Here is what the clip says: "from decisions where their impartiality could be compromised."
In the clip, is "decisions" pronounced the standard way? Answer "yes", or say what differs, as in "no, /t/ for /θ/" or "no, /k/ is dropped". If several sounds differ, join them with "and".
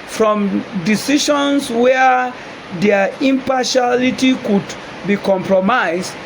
no, /ʃ/ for /ʒ/